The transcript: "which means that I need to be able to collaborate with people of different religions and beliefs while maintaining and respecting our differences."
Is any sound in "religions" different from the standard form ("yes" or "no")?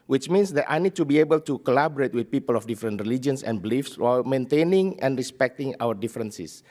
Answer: yes